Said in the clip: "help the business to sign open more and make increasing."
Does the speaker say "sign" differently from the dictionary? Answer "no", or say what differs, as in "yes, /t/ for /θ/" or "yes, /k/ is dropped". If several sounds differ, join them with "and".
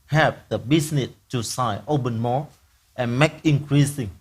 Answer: yes, /n/ is dropped